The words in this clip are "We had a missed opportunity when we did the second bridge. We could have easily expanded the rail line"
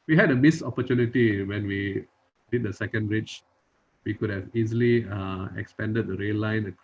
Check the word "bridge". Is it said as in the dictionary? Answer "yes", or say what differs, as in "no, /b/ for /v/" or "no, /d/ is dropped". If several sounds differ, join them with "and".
no, /tʃ/ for /dʒ/